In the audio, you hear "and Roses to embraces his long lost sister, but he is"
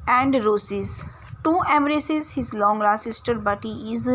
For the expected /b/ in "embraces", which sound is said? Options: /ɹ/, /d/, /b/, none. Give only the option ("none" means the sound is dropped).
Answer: none